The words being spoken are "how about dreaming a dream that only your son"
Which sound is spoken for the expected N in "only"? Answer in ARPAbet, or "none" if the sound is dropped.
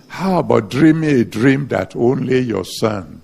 N